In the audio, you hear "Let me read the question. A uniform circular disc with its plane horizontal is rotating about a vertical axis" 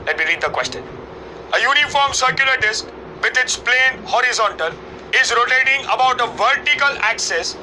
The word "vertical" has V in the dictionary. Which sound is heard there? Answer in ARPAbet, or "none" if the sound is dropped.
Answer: V